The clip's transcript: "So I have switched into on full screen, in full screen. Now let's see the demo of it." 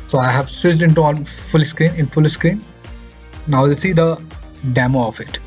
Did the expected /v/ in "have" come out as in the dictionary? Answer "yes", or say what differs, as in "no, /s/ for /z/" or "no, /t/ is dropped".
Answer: yes